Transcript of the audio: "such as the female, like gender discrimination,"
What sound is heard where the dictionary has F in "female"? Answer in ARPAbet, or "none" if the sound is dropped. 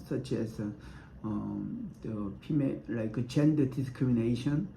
P